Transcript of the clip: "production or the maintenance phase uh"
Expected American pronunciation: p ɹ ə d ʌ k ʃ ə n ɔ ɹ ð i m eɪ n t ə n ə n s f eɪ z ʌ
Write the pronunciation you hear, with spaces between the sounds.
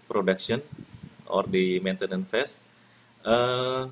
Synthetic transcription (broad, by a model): p ɹ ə d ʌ k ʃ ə n ɔ ɹ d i m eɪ n t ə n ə n f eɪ s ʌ